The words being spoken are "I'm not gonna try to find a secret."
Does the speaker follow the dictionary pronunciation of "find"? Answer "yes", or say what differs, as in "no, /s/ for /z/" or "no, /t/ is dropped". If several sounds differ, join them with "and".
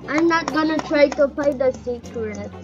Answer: no, /p/ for /f/ and /n/ is dropped